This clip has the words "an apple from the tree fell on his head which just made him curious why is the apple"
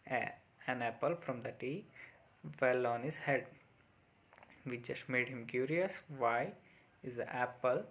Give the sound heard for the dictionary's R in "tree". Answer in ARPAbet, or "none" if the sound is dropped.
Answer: none